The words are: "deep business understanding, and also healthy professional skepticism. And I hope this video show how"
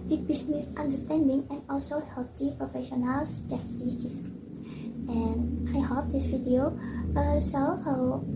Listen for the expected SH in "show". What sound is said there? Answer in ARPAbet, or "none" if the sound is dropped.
S